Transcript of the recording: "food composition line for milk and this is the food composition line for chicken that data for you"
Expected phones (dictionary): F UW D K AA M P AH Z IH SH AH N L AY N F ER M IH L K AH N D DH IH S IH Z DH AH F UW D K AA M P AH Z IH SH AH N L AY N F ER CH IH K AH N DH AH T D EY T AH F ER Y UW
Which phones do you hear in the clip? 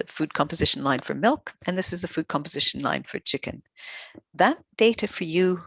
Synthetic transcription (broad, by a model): F UW D K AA M P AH Z IH SH N L AY N F ER M IH L K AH N DH IH S IH Z DH AH F UW D K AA M P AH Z IH SH N L AY N F ER CH IH K AH N DH AH T D EY T AH F ER Y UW